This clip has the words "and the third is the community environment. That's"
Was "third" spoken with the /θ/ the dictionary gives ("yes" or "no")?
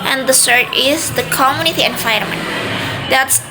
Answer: no